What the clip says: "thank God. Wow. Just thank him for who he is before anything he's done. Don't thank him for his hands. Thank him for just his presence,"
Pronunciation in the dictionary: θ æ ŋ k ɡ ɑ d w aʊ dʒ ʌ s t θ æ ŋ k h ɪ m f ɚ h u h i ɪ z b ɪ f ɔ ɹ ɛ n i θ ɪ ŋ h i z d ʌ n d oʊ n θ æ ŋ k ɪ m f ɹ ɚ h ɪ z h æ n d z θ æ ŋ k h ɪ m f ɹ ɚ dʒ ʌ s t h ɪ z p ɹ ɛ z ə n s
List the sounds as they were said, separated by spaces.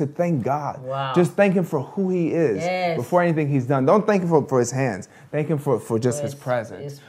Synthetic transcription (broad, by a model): θ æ ŋ k ɡ ɑ d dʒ ʌ s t θ æ ŋ k h ɪ m f ɚ h u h i ɪ z b ɪ f ɔ ɹ ɛ n i θ ɪ ŋ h i z d ʌ n d oʊ n θ æ ŋ k ɪ m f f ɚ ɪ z h æ n d z θ æ ŋ k h ɪ m f ɹ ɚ dʒ ʌ s t h ɪ z p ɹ ɛ z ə n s